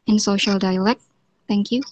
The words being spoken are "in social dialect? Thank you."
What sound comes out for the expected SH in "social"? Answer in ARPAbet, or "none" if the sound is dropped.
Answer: SH